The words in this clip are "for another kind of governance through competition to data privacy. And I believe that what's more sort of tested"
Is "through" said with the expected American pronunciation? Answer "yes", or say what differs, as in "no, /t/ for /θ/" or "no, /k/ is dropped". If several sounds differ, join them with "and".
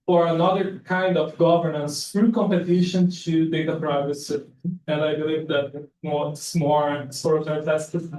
no, /f/ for /θ/